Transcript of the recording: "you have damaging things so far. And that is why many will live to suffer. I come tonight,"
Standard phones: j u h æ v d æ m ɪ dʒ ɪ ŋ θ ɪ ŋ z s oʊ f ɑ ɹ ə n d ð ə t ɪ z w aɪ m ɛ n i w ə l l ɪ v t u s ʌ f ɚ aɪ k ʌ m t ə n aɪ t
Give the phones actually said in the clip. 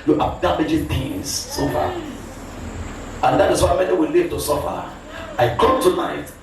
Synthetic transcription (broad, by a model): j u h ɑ b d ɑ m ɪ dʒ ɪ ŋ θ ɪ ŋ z s oʊ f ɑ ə n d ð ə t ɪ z w aɪ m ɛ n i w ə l l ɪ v t u s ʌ f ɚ aɪ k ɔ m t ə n aɪ t